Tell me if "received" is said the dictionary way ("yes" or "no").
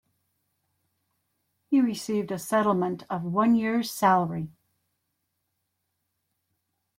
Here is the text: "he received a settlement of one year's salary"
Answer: yes